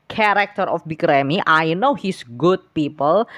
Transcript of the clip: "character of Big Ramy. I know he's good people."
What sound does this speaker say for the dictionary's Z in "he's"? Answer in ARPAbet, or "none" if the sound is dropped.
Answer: S